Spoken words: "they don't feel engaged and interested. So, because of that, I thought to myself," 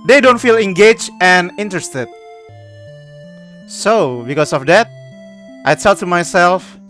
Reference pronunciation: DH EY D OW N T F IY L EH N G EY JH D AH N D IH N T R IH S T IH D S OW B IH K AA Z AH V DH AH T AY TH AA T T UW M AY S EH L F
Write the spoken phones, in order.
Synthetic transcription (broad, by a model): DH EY D OW N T F IY L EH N G EY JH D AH N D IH N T R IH S T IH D S OW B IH K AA S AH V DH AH T AY S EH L T UW M AY S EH L F